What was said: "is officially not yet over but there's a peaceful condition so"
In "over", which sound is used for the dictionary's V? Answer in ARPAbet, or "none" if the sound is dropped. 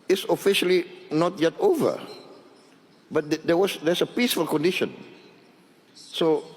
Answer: V